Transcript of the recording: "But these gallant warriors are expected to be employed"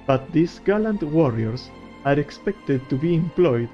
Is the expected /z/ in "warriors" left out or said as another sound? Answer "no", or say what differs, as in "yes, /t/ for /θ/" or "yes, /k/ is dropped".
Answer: yes, /s/ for /z/